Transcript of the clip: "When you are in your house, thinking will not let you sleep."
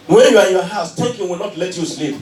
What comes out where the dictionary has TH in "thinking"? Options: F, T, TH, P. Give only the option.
T